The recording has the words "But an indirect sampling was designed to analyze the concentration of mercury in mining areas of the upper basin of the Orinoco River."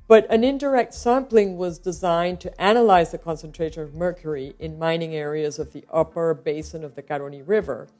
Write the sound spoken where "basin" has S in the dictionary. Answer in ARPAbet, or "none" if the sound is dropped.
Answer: S